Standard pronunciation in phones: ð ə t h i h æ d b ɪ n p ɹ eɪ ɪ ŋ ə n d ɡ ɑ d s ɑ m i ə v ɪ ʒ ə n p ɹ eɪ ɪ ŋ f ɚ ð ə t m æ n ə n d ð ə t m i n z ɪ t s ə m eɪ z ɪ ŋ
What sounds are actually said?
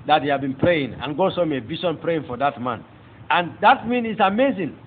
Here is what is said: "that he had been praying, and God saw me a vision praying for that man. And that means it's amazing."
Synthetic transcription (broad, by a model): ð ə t h i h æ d b ɪ n p ɹ eɪ ɪ ŋ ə n ɡ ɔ s ɑ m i ə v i ʃ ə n p ɹ eɪ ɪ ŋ f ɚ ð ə t m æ n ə n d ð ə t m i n ɪ t s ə m eɪ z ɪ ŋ